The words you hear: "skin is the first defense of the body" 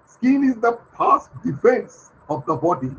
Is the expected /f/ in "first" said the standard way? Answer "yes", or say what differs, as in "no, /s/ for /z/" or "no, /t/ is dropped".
no, /p/ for /f/